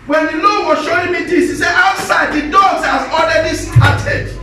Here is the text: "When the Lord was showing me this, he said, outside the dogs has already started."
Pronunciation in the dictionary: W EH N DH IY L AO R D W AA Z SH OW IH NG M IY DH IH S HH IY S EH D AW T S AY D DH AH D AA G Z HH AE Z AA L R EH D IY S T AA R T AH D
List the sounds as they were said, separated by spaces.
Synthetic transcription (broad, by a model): W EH N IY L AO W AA SH OW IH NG M IY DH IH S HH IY S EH AW T S AY D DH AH D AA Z HH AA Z AA L R EH D IY S T AA T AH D